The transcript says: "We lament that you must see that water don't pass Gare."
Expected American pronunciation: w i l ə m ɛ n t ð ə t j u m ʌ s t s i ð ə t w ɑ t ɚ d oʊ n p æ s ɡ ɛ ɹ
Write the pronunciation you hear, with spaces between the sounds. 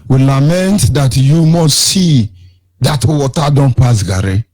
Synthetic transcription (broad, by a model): w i l ə m ɛ n t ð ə t j u m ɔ s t s i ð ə t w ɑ t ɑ d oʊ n p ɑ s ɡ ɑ ɹ